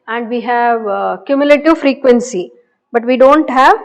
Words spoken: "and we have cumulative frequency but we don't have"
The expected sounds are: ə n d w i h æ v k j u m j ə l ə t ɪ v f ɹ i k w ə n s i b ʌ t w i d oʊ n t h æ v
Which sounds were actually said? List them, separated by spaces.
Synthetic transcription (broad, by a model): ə n d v i h æ v k j u m j ə l ə t ɪ v f ɹ i k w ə n s i b ʌ t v i d oʊ n t h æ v